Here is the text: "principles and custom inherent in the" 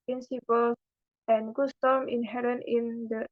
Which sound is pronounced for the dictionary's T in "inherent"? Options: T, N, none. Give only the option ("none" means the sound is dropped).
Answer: none